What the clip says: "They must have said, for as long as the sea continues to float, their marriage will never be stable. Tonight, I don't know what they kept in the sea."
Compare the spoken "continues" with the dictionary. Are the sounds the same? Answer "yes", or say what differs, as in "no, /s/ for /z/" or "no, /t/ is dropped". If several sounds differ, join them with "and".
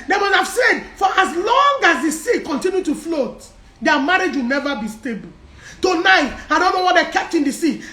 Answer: no, /z/ is dropped